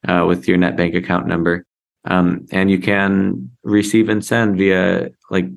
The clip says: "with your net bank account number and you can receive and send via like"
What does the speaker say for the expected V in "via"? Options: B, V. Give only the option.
V